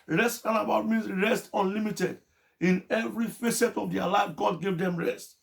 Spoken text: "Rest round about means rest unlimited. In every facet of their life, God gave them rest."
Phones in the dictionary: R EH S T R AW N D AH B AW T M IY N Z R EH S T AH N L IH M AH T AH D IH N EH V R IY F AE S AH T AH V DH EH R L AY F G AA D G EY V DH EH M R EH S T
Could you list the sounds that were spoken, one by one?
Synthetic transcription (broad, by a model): R EH S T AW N AH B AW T M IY N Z R EH S T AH N L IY M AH T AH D IH N EH V R IY F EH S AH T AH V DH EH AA L AY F G AA D G EY V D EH M R EH S T